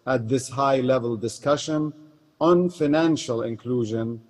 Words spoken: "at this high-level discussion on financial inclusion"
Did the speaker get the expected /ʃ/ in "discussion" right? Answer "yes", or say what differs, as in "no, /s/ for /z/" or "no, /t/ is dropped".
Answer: yes